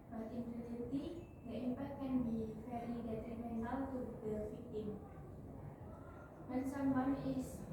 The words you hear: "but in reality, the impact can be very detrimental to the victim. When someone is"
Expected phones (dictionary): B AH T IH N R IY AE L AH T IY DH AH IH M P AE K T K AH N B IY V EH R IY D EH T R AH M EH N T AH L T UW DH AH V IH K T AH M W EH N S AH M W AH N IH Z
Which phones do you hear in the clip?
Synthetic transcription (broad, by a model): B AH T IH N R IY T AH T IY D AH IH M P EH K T K AH N B IY F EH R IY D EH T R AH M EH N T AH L T UW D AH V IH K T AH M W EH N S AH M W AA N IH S